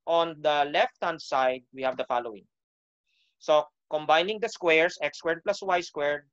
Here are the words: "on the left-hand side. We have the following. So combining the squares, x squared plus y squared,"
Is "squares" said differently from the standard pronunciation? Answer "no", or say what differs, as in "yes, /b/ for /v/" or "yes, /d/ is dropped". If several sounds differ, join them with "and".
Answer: yes, /s/ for /z/